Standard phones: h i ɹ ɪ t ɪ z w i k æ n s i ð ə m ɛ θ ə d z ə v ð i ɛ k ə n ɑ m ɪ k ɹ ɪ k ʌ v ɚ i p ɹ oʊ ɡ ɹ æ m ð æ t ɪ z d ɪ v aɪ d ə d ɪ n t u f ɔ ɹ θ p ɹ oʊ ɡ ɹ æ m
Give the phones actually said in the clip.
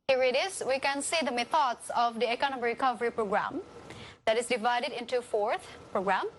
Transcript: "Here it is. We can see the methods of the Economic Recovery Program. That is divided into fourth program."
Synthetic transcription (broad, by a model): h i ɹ ɪ t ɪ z w i k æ n s i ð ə m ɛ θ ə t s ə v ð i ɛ k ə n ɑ m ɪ ɹ ɪ k ʌ v ɚ i p ɹ oʊ ɡ ɹ æ m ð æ t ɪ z d ɪ v aɪ d ə d ɪ n t u f ɔ ɹ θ p ɹ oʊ ɡ ɹ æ m